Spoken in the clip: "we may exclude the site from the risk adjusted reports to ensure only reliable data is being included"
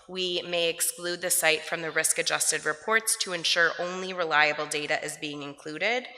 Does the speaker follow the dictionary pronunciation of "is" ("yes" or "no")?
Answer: yes